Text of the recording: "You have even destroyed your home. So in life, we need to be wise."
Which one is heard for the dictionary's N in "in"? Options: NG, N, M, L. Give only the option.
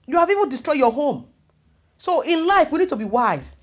N